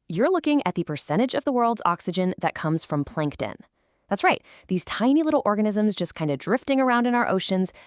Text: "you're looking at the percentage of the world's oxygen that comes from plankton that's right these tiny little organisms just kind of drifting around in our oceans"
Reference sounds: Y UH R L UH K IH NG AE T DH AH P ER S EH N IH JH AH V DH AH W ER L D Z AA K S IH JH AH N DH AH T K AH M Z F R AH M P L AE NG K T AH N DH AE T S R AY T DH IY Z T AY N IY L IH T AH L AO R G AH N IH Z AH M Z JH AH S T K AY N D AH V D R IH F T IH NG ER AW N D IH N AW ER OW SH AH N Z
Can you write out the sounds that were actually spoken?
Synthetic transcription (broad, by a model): Y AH R L UH K IH NG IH T DH AH P ER S EH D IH JH AH V DH AH W ER L D Z AA K S IH JH AH N DH AH T K AH M Z F R AH M P L AE NG K T AH N DH AE T S R AY T DH IY Z T AY N IY L IH T L AO R G AH N IH Z AH M Z JH AH S K AY N D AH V D R IH F T IH NG ER AW N D IH N AW ER OW SH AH N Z